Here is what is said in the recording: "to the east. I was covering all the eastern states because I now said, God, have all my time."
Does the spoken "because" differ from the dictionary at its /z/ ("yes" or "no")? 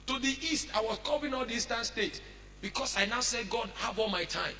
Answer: yes